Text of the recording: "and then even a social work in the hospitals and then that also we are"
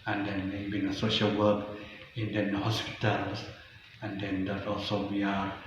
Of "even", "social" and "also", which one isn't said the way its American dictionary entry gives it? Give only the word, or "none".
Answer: even